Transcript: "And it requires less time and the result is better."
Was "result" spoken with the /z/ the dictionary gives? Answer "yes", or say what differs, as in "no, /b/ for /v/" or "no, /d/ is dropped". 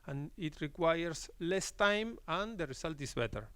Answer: no, /s/ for /z/